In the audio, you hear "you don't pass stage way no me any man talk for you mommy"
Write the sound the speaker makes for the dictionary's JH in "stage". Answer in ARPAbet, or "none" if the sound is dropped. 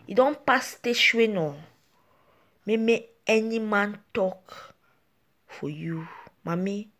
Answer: SH